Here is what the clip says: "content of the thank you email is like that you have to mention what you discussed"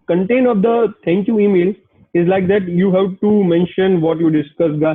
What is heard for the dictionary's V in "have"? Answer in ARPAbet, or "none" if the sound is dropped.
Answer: P